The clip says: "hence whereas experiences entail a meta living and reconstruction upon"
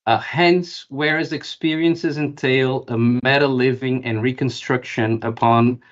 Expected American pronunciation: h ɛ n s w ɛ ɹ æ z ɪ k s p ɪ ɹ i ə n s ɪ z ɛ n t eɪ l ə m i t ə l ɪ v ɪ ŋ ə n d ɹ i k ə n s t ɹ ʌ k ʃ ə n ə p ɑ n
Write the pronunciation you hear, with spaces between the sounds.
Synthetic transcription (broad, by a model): h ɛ n s w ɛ ɹ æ z ɪ k s p ɪ ɹ i ə n s ɪ z ɛ n t eɪ l ə m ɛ t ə l ɪ v ɪ ŋ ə n ɹ i k ə n s t ɹ ʌ k ʃ ə n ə p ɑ n